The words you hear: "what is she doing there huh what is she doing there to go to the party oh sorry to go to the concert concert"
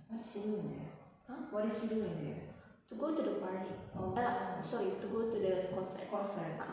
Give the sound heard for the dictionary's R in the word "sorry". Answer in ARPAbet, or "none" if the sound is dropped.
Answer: none